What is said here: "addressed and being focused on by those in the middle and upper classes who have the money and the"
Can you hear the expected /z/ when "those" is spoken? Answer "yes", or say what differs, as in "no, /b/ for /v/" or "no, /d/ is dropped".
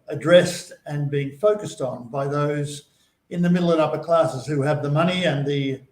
yes